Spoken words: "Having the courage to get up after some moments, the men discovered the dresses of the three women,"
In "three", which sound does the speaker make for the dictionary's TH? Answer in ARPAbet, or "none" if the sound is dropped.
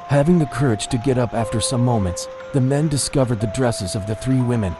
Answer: TH